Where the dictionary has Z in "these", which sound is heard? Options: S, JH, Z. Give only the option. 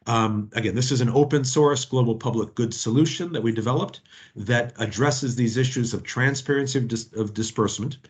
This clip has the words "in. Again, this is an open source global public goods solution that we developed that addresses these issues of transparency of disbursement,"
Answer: Z